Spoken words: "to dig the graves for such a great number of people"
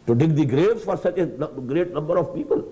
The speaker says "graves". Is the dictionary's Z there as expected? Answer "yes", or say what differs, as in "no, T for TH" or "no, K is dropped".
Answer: no, Z is dropped